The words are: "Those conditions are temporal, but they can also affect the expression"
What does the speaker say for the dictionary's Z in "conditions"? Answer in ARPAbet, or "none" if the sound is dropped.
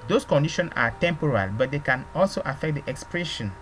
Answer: none